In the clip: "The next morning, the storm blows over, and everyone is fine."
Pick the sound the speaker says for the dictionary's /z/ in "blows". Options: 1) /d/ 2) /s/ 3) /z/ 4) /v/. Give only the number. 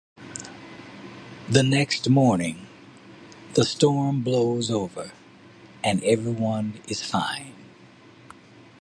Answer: 3